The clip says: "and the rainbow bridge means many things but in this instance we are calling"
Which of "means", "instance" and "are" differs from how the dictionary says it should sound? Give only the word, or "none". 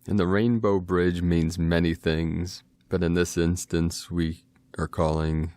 none